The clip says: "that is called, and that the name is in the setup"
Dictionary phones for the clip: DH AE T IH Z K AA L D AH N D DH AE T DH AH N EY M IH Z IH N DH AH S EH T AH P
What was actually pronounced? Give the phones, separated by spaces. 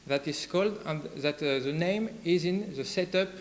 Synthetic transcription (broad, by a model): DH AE T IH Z K AA L D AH N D DH AE T DH AH N EY M IH Z IH N DH AH S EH T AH P